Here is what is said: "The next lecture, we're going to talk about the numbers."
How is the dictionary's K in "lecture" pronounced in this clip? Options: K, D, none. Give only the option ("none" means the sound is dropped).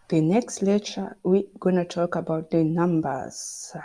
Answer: none